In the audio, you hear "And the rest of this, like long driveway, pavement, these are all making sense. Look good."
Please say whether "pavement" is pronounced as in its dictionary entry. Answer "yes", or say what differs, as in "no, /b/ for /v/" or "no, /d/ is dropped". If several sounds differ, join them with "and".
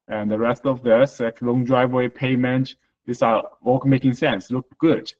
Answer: no, /v/ is dropped